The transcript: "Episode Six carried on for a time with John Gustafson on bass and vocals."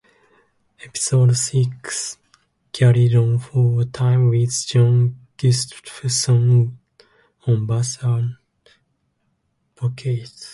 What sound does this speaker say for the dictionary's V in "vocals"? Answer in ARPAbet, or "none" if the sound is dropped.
P